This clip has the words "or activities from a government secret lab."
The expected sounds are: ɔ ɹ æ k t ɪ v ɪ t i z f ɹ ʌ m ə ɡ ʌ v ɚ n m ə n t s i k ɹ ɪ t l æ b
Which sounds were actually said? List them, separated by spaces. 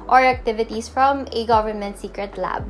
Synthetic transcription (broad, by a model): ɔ ɹ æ k t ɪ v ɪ t i s f ɹ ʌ m ə ɡ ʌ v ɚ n m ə n t s i k ɹ ɪ t l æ b